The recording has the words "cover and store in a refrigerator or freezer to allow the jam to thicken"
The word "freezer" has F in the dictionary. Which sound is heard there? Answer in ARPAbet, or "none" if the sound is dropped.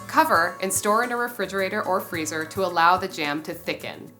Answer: F